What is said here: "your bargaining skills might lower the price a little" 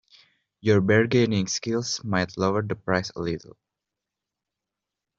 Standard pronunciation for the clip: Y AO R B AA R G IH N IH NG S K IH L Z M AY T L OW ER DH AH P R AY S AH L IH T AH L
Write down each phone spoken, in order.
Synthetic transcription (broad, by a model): Y AO R B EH R G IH N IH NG S K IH L S M AY T L OW ER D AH P R AY S AH L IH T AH L